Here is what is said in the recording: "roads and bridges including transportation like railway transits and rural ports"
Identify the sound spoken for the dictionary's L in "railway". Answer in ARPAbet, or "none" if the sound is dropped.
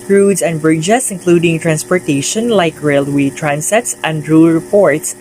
L